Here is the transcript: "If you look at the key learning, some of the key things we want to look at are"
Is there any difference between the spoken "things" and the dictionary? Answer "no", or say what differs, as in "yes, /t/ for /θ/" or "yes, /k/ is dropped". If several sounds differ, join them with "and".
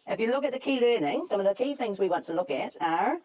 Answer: no